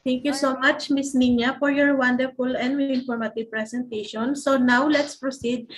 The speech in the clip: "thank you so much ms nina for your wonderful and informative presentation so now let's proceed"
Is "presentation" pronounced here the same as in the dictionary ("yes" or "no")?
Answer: no